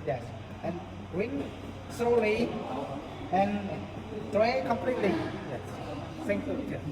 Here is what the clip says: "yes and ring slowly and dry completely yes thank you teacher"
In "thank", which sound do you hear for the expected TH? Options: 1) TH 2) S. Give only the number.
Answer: 2